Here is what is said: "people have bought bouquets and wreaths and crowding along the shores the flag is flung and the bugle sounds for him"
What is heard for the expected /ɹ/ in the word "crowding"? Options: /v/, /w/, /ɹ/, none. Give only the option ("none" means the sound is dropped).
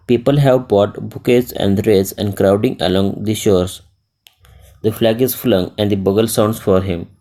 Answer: /ɹ/